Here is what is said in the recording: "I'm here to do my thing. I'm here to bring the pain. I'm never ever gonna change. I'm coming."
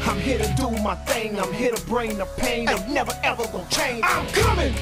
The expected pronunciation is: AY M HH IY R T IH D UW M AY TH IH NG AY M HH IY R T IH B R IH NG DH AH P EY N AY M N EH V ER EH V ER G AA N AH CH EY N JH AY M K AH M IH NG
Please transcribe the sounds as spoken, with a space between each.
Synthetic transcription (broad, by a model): AY M HH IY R T IH D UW M AY TH IH NG AY M HH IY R T IH B R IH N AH P EY N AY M N EH V ER EH V ER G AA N CH EY N AY M K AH M IH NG